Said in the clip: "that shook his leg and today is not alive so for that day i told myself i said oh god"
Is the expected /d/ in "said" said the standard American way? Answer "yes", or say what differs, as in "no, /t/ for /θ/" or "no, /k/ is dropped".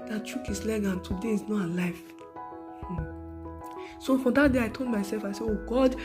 no, /d/ is dropped